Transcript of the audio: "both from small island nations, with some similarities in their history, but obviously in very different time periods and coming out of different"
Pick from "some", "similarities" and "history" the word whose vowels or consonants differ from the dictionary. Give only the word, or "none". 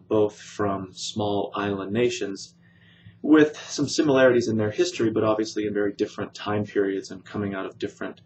none